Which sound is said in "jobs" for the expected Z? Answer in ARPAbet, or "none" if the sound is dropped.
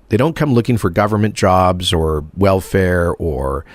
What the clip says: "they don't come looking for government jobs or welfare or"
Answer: Z